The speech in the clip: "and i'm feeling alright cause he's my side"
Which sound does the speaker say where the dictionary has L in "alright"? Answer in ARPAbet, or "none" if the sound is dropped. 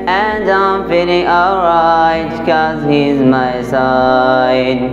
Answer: none